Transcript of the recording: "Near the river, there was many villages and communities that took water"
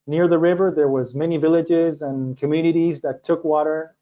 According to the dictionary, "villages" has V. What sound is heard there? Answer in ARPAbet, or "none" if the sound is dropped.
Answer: V